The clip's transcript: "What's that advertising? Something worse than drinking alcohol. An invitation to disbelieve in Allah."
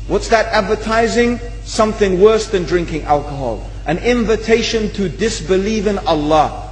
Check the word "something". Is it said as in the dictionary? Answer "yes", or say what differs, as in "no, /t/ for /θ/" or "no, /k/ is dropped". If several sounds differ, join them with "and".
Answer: yes